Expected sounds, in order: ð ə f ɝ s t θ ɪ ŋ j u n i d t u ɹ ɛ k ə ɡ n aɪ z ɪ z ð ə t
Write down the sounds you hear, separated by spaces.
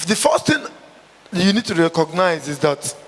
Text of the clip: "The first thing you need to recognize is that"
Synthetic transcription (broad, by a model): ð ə f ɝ s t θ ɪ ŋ j u n i d t u ɹ ɛ k ə ɡ n aɪ z ɪ z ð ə t